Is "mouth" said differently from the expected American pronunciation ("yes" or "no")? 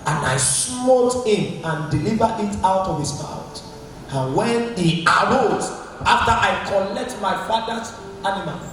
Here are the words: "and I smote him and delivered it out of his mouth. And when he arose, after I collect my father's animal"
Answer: yes